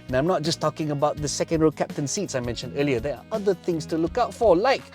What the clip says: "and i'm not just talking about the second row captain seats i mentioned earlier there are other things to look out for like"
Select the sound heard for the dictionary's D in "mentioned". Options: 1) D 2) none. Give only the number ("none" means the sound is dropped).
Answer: 1